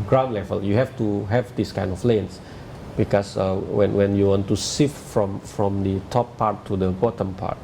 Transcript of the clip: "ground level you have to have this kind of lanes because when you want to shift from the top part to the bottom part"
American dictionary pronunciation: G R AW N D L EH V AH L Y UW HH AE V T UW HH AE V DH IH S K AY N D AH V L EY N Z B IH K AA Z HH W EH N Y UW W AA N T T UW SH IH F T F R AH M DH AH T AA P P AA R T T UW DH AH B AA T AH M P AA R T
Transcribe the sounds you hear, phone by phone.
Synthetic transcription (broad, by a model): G R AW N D L EH V AH L Y UW HH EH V T UW HH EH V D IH S K AY N D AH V L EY N S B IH K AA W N W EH N Y UW W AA N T T UW S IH F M F R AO M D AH T AA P P AA R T T UW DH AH B AA T AH M P AA R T